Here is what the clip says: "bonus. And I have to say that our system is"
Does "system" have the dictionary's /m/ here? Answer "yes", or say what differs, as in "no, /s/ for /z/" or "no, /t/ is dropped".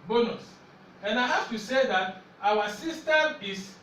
no, /m/ is dropped